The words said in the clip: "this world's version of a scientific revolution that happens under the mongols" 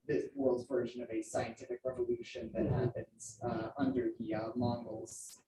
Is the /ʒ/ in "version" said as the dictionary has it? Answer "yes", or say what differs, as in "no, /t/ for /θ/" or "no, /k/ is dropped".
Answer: yes